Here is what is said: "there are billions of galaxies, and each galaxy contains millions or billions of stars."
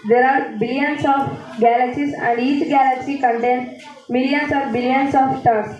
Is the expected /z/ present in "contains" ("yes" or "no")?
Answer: no